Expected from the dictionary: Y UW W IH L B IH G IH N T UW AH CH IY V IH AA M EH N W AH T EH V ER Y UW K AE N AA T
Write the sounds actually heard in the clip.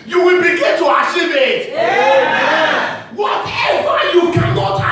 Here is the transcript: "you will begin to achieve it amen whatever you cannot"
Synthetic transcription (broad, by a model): Y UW W IH L B IH G IH N T UW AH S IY IH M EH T W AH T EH W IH Y UW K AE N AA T